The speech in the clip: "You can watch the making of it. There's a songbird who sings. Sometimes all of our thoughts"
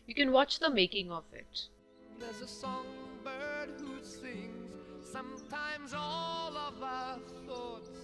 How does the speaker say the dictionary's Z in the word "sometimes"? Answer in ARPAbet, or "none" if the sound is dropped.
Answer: Z